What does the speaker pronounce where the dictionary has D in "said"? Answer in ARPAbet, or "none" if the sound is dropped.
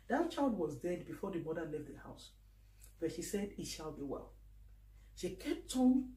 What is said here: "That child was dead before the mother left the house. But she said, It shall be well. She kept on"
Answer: D